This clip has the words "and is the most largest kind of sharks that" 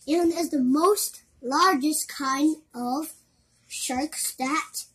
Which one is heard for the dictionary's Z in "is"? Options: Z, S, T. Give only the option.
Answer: Z